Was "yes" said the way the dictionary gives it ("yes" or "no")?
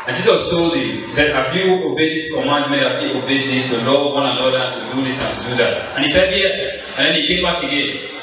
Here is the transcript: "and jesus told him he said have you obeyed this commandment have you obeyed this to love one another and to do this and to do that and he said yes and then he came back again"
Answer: no